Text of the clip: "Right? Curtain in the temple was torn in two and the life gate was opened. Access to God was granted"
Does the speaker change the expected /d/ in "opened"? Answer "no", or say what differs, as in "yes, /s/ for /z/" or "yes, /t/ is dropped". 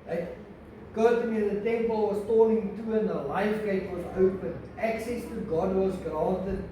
yes, /d/ is dropped